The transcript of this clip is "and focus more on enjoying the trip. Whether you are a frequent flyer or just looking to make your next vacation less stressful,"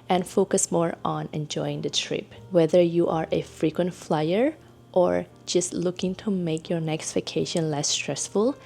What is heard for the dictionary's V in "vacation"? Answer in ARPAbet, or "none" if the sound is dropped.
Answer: F